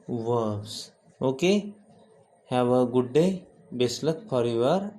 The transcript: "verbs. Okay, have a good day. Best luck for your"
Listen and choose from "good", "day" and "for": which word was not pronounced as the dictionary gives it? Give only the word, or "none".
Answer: for